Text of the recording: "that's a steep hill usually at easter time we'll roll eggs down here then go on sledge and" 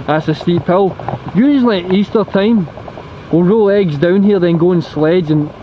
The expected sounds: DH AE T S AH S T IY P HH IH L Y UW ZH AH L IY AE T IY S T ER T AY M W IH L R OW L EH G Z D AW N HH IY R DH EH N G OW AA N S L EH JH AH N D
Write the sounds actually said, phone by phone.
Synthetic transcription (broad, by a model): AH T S AH S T IY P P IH L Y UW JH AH N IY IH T IY S T ER T AY M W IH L R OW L EH G Z D AW N HH IY R DH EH N G OW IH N S L EH JH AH N